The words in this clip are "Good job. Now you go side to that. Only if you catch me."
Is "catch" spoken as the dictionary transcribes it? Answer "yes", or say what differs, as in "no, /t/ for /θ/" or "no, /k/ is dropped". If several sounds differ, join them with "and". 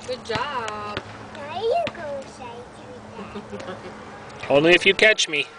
yes